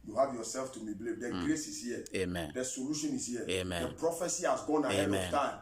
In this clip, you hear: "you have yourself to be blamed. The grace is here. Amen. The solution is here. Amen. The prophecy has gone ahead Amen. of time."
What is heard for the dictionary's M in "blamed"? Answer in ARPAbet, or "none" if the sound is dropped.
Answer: none